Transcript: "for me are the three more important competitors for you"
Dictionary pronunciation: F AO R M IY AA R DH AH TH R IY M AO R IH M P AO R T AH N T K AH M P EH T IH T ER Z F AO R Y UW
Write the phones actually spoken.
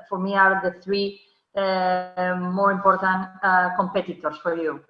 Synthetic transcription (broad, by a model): F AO R M IY AA R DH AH TH R IY M AO R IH M P AO R T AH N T K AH M P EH T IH T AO S F AO R Y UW